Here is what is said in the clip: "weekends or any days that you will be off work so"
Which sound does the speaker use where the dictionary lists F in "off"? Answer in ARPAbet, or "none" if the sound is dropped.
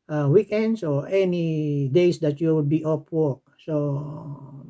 P